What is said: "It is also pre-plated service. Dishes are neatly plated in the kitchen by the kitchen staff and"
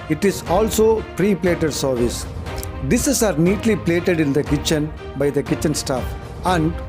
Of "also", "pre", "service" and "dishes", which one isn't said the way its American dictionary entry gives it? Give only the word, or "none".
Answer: dishes